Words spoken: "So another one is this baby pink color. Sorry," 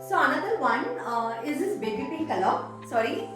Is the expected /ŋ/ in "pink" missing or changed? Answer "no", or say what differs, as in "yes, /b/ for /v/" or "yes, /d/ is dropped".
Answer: yes, /ŋ/ is dropped